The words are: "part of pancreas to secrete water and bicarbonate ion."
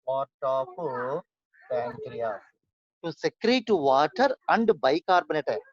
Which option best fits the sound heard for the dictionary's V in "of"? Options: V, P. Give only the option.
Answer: P